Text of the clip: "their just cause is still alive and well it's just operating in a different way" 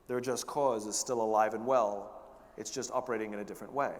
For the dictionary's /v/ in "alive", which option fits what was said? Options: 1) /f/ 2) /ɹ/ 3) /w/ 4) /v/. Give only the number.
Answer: 4